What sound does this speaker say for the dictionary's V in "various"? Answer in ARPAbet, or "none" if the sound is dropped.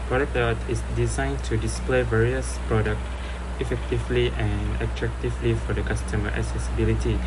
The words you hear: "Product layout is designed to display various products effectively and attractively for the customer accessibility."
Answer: V